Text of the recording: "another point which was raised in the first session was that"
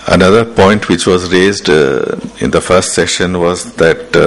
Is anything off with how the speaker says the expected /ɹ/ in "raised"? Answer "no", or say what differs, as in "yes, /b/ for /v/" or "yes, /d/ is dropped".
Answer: no